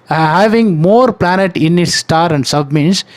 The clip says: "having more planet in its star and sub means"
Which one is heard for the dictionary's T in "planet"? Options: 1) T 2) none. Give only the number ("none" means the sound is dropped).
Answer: 1